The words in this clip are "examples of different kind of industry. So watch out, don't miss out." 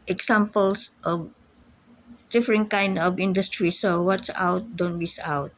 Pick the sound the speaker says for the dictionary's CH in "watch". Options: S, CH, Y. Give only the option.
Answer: S